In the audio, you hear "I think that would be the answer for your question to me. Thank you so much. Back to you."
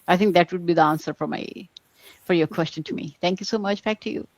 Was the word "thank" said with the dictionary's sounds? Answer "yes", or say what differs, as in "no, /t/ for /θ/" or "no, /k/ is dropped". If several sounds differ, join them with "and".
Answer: no, /t/ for /θ/